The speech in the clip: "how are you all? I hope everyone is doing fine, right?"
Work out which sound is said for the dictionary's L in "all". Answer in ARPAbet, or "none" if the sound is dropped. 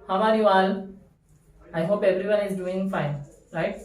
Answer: N